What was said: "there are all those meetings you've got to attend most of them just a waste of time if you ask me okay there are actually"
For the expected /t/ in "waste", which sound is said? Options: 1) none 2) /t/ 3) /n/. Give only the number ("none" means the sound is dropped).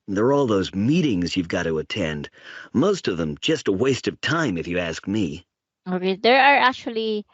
2